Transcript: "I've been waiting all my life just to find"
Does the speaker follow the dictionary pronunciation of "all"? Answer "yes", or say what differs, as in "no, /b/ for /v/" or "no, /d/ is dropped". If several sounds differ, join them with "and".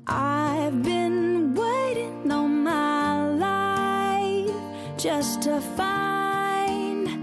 no, /n/ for /l/